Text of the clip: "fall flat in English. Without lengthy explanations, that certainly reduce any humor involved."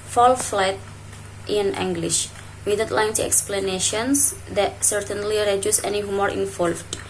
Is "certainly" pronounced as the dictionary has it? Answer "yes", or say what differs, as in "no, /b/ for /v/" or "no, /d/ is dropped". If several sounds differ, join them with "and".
yes